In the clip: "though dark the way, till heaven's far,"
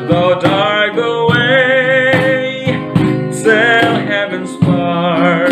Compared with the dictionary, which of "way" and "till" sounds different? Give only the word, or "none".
till